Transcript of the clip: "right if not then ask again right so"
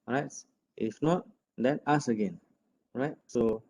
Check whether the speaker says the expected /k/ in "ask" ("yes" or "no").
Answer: no